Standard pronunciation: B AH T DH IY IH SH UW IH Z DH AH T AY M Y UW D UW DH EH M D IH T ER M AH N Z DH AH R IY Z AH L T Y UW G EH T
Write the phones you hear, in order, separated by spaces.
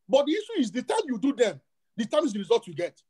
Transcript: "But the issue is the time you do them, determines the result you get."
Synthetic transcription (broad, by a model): B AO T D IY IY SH UW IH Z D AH T AY M Y UW D UW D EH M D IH T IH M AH Z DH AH R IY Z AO L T Y UW G EH T